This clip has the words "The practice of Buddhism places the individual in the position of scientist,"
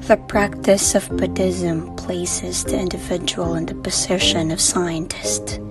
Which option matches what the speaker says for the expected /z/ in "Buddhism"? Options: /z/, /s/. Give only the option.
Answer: /z/